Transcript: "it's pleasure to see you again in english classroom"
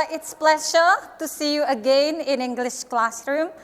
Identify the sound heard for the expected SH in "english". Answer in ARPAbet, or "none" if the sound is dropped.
SH